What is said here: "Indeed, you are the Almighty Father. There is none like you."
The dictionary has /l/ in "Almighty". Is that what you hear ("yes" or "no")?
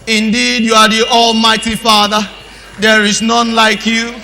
yes